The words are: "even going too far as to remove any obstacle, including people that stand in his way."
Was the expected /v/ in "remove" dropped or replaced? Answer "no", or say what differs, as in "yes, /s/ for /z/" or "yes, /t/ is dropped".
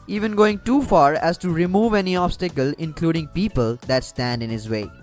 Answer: no